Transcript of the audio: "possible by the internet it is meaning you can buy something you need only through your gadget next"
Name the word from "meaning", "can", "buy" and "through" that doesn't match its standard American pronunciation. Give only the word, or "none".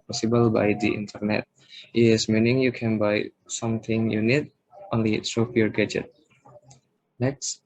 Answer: through